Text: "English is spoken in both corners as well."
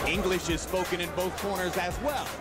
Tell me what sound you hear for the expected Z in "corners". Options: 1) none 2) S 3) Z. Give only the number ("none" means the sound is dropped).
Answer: 3